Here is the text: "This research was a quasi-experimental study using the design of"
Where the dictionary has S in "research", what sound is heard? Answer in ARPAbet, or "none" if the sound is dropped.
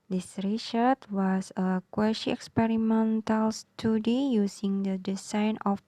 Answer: SH